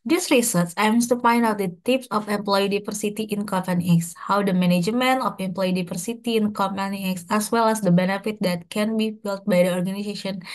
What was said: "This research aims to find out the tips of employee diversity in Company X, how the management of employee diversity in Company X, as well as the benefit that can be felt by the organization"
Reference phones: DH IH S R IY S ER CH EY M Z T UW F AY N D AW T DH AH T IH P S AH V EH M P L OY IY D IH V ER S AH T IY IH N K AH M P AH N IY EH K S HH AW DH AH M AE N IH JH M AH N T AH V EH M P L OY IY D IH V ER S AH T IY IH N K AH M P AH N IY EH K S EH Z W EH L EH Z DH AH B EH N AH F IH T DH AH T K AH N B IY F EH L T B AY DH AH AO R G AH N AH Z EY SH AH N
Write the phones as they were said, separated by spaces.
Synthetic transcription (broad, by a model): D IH S R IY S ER S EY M S T UW F AY N D AW T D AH T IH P S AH F EH M P L OY IY D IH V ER S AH T IY IH N K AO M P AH N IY EH K S HH AW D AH M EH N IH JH M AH N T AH F EH M P L OY IY D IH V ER S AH T IY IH N K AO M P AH N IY EH K S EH S W EH L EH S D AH B EH N AH F IH T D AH T K AH N B IY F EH L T B AY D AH AO R G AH N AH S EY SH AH N